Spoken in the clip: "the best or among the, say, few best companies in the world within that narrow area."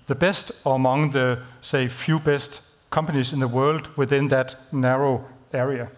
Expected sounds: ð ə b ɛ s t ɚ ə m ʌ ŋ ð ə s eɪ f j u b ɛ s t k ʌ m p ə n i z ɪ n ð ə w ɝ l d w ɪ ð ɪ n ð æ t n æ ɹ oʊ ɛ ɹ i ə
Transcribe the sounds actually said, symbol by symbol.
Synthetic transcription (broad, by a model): ð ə b ɛ s t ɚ ə m ʌ ŋ ð ə s eɪ f j u b ɛ s t k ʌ m p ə n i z ɪ n ð ə w ɝ l d w ɪ ð ɪ n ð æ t n æ ɹ oʊ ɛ ɹ i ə